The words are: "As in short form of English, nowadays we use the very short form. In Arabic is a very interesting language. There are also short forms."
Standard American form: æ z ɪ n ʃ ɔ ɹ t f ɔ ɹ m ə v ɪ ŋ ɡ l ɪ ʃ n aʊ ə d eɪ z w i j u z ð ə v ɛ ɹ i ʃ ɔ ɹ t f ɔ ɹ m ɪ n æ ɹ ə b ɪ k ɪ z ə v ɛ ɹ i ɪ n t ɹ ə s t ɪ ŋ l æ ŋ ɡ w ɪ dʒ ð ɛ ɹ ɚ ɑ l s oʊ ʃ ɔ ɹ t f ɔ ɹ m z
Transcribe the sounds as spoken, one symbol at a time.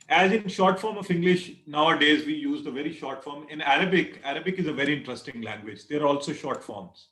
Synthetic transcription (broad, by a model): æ z ɪ n ʃ ɔ ɹ t f ɔ ɹ m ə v ɪ ŋ ɡ l ɪ ʃ n aʊ ə d eɪ z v i j u z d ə v ɛ ɹ i ʃ ɔ ɹ t f ɔ ɹ m ɪ n æ ɹ ə b ɪ k ɪ z ə v ɛ ɹ i ɪ n t ɹ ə s t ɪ ŋ l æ ŋ ɡ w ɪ dʒ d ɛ ɹ ɑ l s oʊ ʃ ɔ ɹ t f ɔ ɹ m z